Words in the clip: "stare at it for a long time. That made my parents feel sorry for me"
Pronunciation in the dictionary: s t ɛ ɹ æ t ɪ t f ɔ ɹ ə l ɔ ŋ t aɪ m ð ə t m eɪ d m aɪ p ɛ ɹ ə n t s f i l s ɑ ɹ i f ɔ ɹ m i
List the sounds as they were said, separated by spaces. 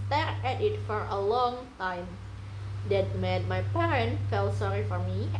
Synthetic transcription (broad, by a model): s t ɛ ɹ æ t ɪ t f ɔ ɹ ə l ɔ ŋ t aɪ m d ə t m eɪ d m aɪ p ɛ ɹ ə n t f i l s ɑ ɹ i f ɔ ɹ m i